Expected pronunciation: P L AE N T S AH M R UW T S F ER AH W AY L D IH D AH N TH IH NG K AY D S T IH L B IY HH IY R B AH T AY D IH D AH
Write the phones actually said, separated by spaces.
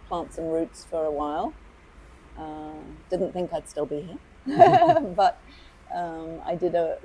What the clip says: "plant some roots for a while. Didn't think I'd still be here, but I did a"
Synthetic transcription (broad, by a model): P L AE N T S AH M R UW T S F ER AH W AY L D IH D N TH IH NG K AY D S T IH L B IY HH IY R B AH T AY D IH D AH